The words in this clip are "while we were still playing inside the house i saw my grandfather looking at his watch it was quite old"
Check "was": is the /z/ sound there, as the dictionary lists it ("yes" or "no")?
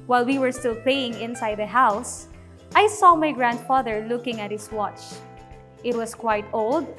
no